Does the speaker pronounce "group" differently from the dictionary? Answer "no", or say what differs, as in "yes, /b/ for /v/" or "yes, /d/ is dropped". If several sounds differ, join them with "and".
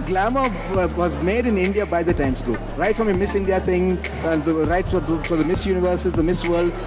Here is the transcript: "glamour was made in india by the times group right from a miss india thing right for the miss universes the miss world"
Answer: yes, /ɹ/ is dropped